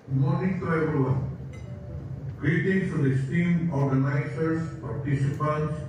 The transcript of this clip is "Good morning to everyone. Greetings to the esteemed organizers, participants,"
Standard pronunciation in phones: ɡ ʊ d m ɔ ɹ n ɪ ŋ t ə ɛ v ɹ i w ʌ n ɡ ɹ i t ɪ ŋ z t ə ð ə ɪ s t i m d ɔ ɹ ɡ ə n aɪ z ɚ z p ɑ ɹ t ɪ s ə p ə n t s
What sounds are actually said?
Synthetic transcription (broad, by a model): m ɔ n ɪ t t ə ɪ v i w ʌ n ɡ ɹ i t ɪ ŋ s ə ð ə s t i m ɔ ɹ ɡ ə n aɪ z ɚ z p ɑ ɹ t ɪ s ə p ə n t s